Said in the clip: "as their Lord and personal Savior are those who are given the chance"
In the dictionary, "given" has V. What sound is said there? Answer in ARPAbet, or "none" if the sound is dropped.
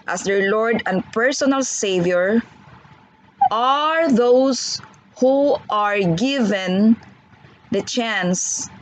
V